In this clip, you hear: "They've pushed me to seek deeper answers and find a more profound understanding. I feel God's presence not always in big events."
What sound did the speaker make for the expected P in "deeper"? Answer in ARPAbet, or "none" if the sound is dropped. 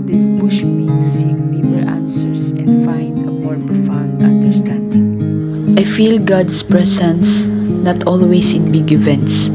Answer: B